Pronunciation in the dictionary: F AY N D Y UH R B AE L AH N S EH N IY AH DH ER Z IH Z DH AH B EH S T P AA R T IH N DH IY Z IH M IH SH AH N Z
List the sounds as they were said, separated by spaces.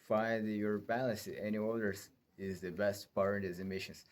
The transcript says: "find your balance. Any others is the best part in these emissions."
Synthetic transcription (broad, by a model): F AY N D Y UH R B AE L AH S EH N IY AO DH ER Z IH Z DH AH B EH S T P AA R T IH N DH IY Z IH M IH SH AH N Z